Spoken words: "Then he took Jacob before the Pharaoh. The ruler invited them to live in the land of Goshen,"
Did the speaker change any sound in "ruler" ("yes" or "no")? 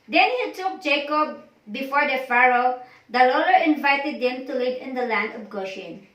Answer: yes